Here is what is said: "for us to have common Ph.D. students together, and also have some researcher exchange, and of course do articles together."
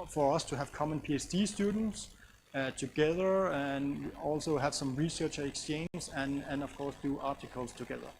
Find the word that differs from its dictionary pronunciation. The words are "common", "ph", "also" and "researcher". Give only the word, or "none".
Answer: ph